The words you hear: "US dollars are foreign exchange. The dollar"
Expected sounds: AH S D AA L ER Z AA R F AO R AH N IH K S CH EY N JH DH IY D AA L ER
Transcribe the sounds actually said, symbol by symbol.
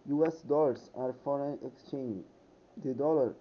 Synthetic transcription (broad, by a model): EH S D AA L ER S AA R F AO R AH N IH K S CH EY N JH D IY D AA L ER